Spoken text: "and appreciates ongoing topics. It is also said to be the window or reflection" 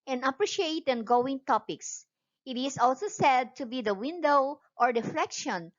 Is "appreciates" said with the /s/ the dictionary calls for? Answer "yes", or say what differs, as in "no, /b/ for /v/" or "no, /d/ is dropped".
no, /s/ is dropped